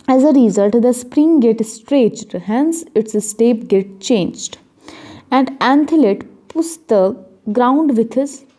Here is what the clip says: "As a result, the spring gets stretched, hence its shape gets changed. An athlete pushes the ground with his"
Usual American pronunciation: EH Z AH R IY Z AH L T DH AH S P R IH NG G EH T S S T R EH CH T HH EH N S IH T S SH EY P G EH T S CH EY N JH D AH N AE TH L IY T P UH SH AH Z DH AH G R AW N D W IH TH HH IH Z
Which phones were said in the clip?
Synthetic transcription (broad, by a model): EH Z AH R IY Z AH L T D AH S P R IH NG G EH T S S T R EH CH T HH EH N S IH T S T EY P G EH T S CH EY N JH D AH N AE T L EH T P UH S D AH G R AW N D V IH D HH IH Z